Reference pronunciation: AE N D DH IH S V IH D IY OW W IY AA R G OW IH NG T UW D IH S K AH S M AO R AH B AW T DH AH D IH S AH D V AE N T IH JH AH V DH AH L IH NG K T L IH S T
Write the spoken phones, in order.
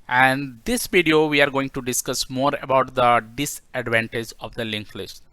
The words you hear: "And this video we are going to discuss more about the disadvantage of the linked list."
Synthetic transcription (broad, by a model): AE N D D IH S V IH D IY OW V IY AA R G OW IH NG T UW D IH S K AH S M AO R AH B AW T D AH D IH S AH D V AE N T IH JH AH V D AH L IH NG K L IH S T